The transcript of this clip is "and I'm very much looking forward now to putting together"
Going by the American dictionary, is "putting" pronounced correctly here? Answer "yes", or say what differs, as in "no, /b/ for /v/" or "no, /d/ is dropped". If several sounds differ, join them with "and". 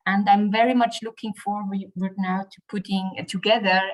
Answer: yes